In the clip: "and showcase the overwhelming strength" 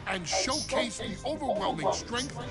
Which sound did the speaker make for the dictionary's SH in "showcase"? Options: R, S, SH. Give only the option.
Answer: SH